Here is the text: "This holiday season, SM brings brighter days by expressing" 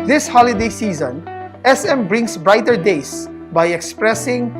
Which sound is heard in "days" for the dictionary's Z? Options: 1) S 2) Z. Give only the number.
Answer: 1